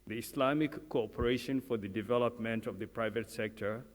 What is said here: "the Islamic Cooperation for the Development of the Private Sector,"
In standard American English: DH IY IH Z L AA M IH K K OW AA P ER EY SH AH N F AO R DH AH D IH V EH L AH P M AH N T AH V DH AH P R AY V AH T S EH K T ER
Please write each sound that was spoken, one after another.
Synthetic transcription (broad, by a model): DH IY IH S L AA M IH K K OW AA P ER EY SH AH N F AO R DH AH D IH V EH L AH P M AH N T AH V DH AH P R AY V AH T S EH K T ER